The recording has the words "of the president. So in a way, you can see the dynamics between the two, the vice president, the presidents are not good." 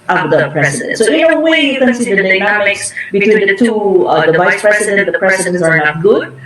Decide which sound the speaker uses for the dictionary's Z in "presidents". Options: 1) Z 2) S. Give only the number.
2